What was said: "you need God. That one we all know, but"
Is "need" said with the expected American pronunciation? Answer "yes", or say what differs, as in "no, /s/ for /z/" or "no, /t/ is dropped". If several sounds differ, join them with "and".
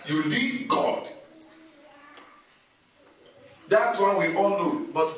no, /l/ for /n/